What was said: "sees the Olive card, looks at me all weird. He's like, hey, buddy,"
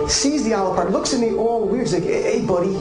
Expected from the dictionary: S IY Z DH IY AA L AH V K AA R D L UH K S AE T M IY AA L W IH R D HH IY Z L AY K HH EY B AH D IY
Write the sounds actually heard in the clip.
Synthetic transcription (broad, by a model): S IY Z DH IY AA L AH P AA R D L UH K S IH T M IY AA L W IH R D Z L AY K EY B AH D IY